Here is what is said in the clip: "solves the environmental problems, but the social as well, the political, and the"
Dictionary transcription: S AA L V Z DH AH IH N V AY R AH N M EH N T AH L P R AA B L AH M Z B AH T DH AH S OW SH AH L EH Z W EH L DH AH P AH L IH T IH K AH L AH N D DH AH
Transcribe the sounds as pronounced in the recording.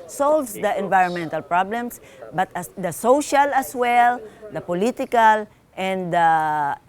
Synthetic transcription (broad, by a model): S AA L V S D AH IH N V AY R AH N M EH N T AH L P R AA B L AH M S B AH T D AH S OW SH AH L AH S W EH L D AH P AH L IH T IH K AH L AH N D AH